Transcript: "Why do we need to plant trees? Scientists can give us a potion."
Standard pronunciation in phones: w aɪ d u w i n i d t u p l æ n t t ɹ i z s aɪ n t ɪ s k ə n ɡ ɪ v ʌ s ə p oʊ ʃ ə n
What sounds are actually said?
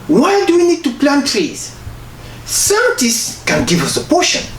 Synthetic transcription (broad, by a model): w aɪ d u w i n i d t u p l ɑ n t t ɹ i z s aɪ t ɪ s k ə n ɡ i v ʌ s ə p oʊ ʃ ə n